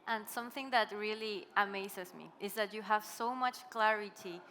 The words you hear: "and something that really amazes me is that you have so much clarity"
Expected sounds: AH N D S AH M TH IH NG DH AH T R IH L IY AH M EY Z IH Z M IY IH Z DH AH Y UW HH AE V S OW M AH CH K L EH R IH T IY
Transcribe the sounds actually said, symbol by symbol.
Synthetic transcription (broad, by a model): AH N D S AH M TH IH NG DH AH T R IH L IY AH M EY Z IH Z M IY IH Z DH AH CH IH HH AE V S OW M AH CH K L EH R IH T IY